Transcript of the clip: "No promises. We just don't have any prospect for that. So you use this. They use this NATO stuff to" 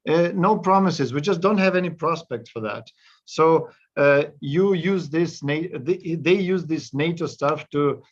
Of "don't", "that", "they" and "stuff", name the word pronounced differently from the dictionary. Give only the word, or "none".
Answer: none